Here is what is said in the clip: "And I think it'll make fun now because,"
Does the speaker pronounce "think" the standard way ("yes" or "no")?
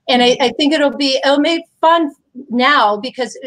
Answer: yes